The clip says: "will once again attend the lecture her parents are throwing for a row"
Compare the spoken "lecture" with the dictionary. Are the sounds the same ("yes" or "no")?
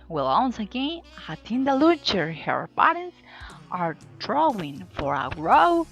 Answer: no